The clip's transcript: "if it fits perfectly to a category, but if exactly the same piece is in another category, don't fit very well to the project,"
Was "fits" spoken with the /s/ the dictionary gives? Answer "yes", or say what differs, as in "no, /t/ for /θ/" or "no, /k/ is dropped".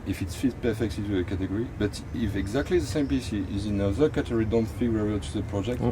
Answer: no, /s/ is dropped